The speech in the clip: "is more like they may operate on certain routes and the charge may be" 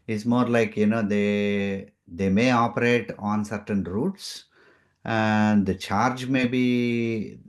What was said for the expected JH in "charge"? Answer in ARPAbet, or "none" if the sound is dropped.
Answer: JH